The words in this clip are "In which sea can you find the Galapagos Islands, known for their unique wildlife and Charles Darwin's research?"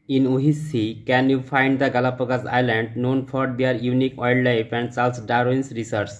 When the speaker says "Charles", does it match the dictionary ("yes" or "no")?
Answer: no